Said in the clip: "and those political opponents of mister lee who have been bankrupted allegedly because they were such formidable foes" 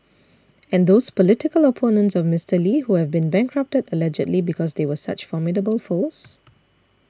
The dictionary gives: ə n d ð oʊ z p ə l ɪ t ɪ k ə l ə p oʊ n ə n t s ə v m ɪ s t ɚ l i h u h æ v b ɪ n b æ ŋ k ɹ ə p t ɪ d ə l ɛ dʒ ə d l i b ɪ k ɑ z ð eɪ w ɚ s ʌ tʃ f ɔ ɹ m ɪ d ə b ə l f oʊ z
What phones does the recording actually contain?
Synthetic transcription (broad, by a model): ə n d oʊ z p ə l ɪ t ɪ k ə l ə p oʊ n ə n t s ə v m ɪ s t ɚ l i h u h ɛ v b ɪ n b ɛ ŋ k ɹ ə p t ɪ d ə l ɛ dʒ ə d l i b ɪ k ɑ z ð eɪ w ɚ s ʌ tʃ f ɔ m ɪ d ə b ə l f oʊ s